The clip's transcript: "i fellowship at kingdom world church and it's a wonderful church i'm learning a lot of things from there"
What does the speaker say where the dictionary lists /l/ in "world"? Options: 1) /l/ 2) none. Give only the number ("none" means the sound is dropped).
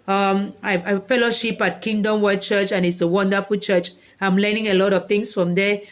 2